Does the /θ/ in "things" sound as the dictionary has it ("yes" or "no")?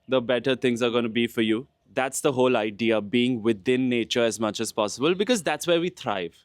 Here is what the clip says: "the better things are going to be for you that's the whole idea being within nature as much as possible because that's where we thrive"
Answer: no